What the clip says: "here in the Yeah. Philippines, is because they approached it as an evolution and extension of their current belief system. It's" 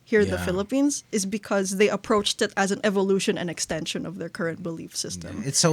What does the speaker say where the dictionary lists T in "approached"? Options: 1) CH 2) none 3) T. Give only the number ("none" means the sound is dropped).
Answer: 3